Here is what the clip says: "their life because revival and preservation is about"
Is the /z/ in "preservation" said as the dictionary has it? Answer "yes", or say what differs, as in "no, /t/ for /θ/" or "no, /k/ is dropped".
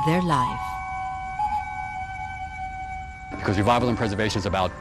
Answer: yes